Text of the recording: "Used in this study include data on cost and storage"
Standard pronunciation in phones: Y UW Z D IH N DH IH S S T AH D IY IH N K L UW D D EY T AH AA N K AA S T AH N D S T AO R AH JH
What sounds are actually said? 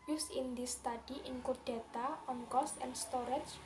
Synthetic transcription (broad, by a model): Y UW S IH N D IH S S T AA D IY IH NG K UW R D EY T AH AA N K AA S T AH N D S T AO R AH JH